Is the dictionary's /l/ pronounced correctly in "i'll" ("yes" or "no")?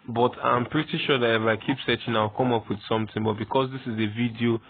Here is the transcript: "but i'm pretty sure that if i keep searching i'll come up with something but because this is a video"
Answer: no